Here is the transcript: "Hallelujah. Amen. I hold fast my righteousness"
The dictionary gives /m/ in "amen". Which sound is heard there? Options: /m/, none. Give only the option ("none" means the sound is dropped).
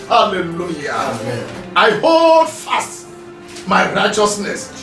none